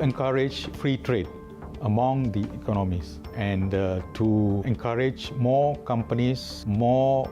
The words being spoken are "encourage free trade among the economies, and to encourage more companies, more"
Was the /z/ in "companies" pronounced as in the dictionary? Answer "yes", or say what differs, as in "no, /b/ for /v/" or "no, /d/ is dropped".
no, /s/ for /z/